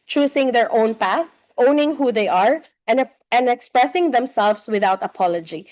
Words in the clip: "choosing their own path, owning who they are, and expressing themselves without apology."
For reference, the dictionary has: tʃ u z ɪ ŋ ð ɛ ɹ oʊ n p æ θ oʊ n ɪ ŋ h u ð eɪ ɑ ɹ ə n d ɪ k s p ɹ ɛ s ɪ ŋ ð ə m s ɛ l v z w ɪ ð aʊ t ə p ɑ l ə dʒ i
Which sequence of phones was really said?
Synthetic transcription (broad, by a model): tʃ u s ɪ ŋ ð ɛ ɹ oʊ n p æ θ oʊ n ɪ ŋ h u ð eɪ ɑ ɹ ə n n ɪ k s p ɹ ɛ s ɪ ŋ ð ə m s ɛ l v s w ɪ ð aʊ t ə p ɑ l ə dʒ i